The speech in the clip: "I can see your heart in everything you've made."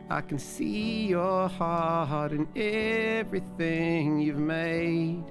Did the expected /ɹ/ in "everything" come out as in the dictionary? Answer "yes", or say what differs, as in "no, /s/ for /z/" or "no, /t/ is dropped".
yes